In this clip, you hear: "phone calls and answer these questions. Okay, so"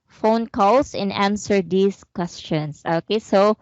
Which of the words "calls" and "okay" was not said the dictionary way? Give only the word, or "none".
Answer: calls